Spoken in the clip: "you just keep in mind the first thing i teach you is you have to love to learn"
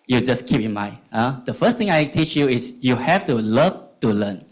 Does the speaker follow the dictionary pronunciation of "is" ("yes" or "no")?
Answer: no